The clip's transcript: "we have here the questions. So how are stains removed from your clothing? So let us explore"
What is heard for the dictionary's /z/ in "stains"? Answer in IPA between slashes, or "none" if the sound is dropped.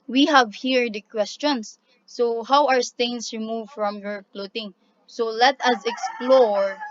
/s/